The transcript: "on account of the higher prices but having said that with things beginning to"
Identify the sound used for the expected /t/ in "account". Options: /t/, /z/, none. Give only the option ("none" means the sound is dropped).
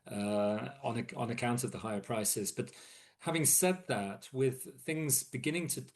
/t/